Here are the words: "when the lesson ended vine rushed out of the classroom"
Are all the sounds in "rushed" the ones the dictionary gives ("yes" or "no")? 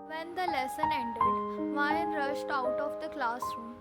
yes